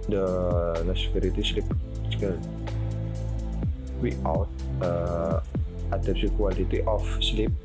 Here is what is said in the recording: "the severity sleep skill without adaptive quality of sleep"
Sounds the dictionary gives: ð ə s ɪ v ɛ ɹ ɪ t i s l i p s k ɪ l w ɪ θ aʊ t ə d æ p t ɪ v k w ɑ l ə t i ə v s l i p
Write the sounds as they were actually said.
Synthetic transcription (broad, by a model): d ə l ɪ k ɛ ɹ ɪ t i s l i p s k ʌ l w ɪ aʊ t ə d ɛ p s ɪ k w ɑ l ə t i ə f s l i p